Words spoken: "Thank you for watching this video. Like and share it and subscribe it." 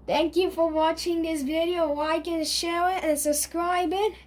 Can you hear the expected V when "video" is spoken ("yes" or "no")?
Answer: yes